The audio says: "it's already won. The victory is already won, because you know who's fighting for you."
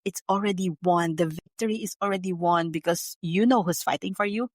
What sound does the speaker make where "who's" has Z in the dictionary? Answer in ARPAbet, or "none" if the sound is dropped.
S